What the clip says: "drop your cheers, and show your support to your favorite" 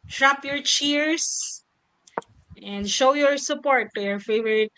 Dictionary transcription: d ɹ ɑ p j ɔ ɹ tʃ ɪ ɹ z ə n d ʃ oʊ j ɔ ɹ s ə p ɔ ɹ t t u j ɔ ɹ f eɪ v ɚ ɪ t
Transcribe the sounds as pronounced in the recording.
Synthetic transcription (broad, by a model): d ɹ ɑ p j ɔ ɹ tʃ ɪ ɹ s ə n d ʃ oʊ j ɔ ɹ s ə p ɔ ɹ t t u j ɔ ɹ f eɪ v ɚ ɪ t